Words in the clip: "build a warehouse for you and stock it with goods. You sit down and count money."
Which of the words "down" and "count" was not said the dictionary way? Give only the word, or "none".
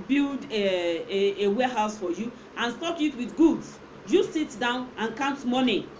none